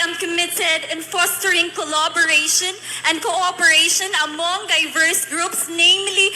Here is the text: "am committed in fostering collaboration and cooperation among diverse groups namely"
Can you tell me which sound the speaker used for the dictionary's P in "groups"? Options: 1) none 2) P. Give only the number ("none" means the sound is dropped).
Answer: 2